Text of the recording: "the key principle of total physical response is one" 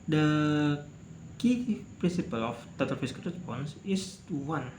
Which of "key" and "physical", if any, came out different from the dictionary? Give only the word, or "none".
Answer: physical